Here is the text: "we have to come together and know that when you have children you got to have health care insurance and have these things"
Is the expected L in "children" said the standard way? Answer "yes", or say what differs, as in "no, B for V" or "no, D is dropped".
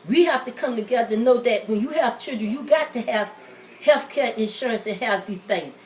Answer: no, L is dropped